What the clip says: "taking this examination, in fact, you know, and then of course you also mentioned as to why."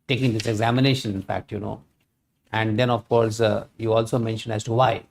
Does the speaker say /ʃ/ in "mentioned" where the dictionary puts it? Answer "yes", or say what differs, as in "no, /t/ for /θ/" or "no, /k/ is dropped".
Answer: yes